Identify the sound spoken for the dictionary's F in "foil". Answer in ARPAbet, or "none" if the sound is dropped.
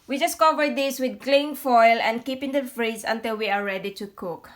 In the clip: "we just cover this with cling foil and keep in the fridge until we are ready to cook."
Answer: F